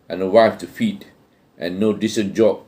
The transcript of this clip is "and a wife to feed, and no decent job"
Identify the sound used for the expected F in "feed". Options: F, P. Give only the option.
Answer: F